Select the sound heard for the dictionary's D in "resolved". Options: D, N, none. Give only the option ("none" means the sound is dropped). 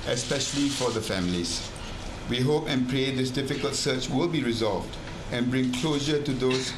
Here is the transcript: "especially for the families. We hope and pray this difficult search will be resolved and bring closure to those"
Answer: D